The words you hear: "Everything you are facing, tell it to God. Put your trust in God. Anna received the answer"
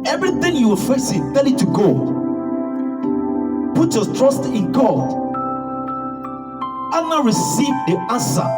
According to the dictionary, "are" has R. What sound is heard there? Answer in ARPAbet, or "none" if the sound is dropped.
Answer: L